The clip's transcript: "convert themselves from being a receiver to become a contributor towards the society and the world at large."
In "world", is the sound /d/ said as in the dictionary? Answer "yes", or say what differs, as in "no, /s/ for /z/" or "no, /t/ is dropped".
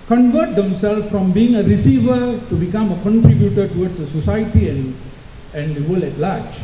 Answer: no, /d/ is dropped